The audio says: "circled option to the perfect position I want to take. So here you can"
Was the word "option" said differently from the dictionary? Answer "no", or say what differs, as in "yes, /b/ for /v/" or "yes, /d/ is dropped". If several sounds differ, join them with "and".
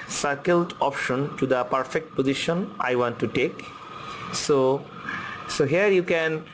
no